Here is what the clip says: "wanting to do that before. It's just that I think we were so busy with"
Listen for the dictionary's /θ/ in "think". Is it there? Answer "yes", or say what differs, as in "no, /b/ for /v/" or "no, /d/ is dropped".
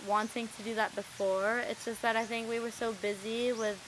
yes